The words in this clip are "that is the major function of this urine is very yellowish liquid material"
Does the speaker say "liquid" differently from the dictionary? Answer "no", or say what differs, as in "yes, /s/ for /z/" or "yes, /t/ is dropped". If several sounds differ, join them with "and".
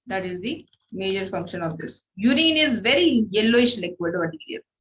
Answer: yes, /n/ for /l/